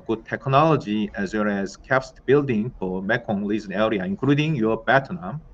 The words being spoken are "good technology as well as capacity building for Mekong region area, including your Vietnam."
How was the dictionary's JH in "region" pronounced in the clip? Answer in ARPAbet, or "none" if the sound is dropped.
Z